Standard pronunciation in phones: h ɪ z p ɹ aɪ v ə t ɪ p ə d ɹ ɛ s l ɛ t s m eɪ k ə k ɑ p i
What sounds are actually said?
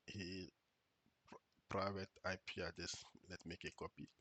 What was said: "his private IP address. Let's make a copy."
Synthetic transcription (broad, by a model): h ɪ p ɹ aɪ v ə t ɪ p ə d ɛ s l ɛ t m eɪ k ə k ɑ p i